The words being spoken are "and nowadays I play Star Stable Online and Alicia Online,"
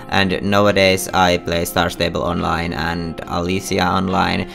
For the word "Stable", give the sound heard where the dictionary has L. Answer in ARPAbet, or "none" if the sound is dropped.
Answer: L